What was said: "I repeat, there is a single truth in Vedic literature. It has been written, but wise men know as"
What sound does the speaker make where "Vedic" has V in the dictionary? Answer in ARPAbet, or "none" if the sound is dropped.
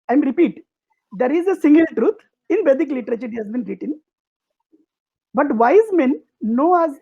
B